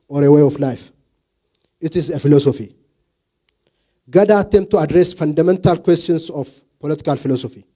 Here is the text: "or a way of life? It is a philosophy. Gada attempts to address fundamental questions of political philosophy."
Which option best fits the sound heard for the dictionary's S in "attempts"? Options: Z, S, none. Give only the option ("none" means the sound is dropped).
none